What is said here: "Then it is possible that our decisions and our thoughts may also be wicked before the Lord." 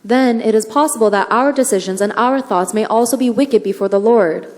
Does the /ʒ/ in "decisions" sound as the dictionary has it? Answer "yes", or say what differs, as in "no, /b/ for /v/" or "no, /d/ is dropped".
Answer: yes